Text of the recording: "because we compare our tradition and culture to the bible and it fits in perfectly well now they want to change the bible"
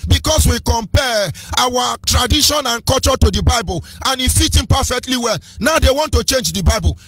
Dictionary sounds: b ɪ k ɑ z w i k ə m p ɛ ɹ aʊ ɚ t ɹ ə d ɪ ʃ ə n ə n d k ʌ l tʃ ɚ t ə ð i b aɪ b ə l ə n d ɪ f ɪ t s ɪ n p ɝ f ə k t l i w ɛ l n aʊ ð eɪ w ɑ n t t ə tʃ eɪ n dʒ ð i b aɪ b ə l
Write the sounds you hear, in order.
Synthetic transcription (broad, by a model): b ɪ k ɑ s w i k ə m p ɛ aʊ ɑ t ɹ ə d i ʃ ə n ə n k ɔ l tʃ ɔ t ə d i b aɪ b ə l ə n ɪ f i t ɪ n p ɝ f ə k t l i w ɛ l n aʊ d eɪ w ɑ n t t ə tʃ eɪ n dʒ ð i b aɪ b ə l